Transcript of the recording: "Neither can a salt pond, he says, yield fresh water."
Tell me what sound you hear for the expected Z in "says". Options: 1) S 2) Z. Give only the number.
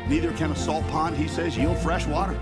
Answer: 2